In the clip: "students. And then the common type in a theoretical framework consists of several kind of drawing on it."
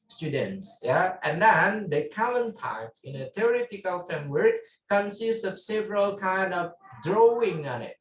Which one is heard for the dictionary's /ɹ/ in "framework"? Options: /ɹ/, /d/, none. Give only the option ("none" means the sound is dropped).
none